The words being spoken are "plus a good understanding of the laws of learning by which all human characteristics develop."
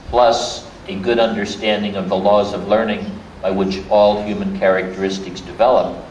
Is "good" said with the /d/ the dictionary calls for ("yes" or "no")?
yes